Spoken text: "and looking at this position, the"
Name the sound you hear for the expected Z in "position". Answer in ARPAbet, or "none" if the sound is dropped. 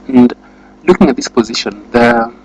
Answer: Z